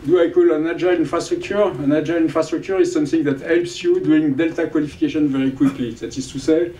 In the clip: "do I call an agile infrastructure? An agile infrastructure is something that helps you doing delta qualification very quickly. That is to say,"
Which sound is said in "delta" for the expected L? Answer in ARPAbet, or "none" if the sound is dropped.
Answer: L